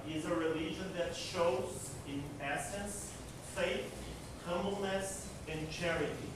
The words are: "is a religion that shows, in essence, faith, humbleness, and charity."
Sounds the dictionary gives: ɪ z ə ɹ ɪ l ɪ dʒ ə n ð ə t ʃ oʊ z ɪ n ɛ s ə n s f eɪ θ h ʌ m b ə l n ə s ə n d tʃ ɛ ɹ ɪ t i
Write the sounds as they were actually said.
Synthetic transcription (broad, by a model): ɪ z ə ɹ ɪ l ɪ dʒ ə n ð ə t ʃ oʊ z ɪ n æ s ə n s f eɪ θ h ʌ m b l n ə s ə n tʃ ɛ ɹ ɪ t i